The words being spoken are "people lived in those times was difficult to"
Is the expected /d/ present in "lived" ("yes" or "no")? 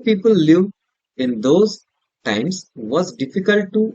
no